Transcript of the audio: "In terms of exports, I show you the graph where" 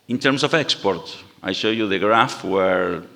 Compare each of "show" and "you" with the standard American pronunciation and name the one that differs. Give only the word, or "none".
none